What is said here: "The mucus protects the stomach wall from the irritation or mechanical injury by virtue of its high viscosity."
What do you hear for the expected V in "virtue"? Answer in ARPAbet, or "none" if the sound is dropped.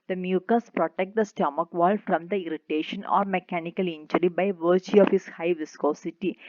V